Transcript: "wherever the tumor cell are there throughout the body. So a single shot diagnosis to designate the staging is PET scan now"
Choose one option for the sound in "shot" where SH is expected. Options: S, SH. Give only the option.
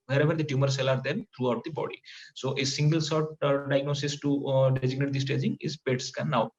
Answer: S